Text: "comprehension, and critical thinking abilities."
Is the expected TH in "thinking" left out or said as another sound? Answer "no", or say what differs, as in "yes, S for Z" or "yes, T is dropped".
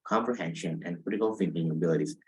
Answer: yes, F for TH